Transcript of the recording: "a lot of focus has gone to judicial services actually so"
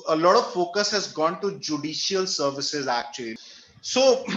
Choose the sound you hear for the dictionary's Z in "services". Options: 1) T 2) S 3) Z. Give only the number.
3